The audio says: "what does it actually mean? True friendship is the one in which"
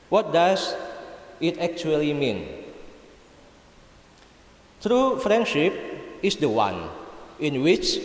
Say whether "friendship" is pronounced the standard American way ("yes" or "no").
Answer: yes